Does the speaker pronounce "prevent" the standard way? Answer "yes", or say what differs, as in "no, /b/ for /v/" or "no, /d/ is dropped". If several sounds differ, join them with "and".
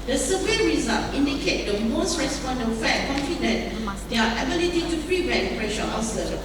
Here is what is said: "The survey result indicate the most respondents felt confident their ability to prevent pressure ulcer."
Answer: no, /n/ is dropped